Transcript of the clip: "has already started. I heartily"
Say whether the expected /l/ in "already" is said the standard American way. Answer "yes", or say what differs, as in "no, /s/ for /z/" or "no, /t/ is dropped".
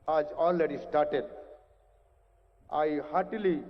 no, /n/ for /l/